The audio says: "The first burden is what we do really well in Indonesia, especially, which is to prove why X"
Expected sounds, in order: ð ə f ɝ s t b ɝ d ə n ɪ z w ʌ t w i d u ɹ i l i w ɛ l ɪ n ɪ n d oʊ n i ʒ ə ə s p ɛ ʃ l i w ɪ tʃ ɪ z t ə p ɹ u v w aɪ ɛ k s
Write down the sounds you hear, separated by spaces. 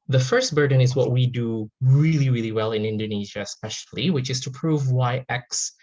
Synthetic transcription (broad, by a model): ð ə f ɝ s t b ɝ d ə n ɪ z w ʌ t w i d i ɹ i l i w ɛ l ɪ n ɪ n d oʊ n i ʒ ə ə s p ɛ ʃ l i w ɪ tʃ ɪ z t ə p ɹ u v w aɪ ɛ k s